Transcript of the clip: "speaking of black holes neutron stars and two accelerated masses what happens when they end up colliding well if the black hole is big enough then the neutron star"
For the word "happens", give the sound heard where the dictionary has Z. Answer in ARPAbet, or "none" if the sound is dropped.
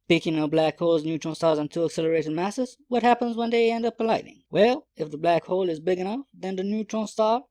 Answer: Z